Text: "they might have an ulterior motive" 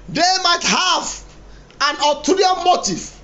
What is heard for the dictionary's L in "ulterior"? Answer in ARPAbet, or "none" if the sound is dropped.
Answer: none